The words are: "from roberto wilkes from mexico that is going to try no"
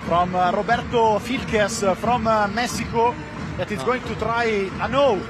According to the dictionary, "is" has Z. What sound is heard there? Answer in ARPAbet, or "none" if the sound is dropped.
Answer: S